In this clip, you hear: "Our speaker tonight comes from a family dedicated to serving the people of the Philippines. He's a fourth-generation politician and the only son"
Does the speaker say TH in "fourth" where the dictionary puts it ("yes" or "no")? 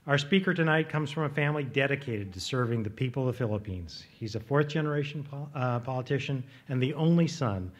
yes